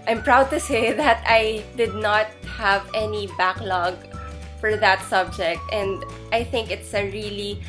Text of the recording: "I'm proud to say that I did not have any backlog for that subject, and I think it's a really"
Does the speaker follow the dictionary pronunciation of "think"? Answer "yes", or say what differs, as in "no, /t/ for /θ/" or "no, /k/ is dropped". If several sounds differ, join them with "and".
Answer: yes